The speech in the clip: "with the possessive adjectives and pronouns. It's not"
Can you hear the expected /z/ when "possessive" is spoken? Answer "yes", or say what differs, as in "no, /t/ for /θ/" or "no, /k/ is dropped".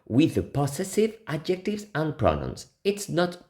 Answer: no, /s/ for /z/